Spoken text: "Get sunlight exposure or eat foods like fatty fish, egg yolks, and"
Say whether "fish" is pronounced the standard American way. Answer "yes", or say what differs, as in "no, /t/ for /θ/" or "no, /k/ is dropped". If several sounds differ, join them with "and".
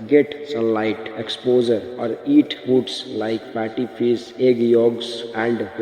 no, /s/ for /ʃ/